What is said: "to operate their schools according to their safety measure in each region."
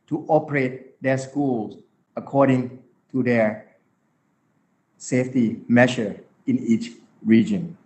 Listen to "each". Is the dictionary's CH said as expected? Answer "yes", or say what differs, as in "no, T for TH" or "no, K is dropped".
yes